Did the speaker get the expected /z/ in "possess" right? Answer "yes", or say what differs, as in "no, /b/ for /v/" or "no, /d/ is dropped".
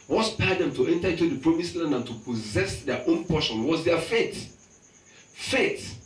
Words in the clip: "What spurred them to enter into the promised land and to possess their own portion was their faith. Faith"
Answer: yes